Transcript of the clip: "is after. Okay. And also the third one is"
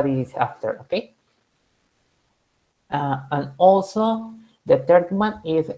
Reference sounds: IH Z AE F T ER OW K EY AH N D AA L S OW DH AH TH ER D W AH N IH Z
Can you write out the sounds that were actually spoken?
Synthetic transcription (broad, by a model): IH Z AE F T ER OW K EY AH N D AA L S OW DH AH T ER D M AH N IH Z